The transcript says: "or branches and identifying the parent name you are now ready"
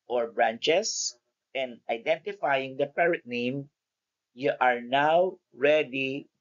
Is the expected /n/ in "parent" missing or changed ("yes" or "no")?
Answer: yes